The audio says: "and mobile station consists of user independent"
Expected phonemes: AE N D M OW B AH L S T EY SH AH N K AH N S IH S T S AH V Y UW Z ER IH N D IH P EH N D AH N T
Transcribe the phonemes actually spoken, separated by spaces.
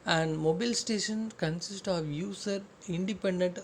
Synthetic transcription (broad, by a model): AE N D M OW B AH L S T EY SH AH N K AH N S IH S T AH V Y UW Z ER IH N D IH P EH N D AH N T